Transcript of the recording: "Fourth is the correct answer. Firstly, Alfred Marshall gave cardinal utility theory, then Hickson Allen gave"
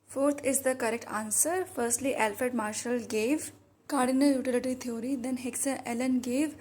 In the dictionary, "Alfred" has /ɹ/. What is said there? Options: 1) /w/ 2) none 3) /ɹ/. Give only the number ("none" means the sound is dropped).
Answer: 2